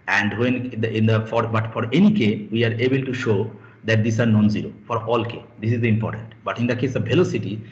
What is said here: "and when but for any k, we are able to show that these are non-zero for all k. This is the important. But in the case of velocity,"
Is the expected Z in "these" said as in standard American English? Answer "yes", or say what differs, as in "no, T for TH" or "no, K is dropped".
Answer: no, S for Z